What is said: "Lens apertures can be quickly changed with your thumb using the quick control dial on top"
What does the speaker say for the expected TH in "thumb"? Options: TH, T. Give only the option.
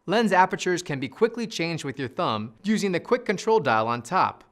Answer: TH